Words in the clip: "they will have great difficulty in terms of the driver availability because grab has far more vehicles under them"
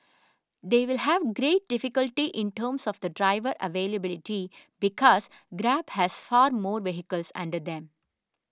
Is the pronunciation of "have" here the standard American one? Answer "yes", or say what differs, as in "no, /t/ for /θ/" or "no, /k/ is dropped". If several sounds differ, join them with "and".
yes